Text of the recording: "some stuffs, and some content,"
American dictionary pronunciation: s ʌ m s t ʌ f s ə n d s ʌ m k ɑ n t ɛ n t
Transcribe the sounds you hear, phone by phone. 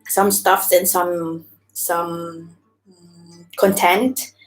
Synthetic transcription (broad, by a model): s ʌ m s t ʌ f s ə n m s ʌ m k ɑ n t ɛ n t